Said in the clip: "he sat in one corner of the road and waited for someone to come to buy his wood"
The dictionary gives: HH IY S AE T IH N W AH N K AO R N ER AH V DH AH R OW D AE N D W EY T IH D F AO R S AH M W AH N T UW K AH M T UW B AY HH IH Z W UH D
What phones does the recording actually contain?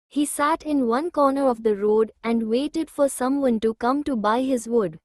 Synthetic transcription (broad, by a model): HH IY S AE T IH N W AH N K AO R N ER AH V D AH R OW D AE N D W EY T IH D F AO R S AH M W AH N T UW K AH M T UW B AY HH IH Z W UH D